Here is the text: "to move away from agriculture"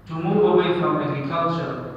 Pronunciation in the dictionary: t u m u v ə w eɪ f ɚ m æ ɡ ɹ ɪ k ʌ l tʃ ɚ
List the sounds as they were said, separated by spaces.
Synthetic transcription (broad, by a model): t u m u ə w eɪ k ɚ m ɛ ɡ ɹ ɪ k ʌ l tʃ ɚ